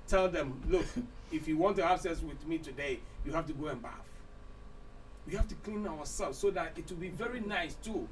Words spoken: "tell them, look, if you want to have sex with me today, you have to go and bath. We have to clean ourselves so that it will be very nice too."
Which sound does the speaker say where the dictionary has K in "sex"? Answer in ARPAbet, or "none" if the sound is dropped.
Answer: none